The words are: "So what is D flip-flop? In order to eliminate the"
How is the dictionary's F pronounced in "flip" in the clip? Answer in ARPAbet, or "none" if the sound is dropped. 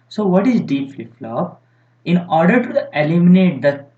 P